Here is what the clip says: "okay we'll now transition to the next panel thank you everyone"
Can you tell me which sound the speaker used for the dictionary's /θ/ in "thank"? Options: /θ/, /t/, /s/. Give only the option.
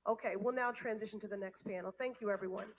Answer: /θ/